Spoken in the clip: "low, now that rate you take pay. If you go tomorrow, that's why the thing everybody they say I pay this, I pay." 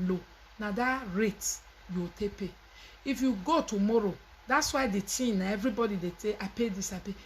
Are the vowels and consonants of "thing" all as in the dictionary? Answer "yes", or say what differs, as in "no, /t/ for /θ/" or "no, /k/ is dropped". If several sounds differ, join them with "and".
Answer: no, /t/ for /θ/